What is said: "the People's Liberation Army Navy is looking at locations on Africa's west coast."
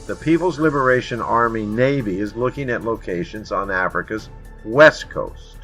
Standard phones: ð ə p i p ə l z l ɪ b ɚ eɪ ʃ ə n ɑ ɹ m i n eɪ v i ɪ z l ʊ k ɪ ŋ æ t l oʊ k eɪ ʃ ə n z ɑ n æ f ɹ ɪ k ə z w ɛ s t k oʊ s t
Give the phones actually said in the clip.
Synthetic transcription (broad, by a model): ð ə p i p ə l z l ɪ b ɚ eɪ ʃ ə n ɑ ɹ m i n eɪ v i ɪ z l ʊ k ɪ ŋ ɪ t l oʊ k eɪ ʃ ə n z n æ f ɹ ɪ k ə z w ɛ s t k oʊ s t